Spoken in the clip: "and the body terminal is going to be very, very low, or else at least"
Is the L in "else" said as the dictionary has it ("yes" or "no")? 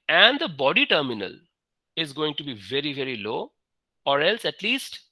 yes